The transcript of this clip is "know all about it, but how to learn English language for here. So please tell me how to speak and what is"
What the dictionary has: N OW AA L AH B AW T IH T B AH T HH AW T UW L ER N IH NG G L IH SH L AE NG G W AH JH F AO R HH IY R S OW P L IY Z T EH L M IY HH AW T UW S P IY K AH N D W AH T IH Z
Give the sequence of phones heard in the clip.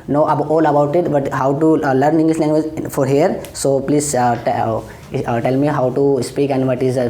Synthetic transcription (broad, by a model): N OW AA L AH B AW T IH T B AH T HH AW T UW L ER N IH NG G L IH S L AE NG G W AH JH F AO R HH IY R S OW P L IY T T EH L M IY HH AW T UW S P IY K AH N D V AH T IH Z